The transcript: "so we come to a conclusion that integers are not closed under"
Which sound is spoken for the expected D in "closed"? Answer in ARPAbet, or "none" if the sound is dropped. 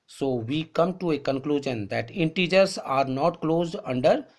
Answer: D